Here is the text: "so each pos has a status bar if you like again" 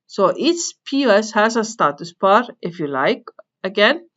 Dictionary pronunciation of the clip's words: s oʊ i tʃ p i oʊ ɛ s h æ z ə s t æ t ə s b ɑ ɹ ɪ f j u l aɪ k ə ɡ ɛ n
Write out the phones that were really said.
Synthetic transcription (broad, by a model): s oʊ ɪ s p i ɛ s h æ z ə s t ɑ t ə s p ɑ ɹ ɪ f j u l aɪ k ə ɡ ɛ n